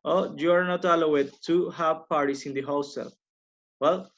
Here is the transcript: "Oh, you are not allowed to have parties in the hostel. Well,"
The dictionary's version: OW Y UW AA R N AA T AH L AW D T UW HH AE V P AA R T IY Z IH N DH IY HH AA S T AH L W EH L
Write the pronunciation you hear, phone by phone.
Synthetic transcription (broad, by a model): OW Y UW AA R N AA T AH L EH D T UW HH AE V P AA R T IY S IH N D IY HH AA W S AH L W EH L